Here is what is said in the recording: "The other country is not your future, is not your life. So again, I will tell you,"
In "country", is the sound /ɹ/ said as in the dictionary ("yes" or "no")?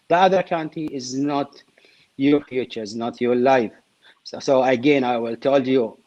no